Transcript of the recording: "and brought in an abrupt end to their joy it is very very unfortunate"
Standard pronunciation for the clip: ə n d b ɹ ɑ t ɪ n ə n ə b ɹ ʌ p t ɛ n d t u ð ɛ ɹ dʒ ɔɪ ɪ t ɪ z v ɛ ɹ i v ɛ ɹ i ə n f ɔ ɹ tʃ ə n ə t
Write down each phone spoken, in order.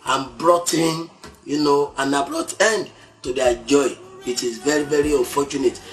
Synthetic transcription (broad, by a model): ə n b ɹ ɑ t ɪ n ə n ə b ɹ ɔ t ɛ n d t u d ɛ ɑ dʒ ɔɪ ɪ t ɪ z v ɛ ɹ i v ɛ ɹ i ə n f ɔ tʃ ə n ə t